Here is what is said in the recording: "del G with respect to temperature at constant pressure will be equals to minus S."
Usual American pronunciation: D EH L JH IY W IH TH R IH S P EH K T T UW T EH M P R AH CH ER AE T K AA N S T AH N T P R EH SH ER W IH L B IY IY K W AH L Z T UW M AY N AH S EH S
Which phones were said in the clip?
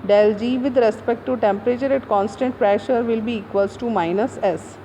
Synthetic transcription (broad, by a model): D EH L JH IY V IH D R IH S P EH K T T UW T EH M P R AH CH ER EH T K AA N S T AH N T P R EH SH ER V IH L B IY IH K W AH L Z T UW M AY N AH S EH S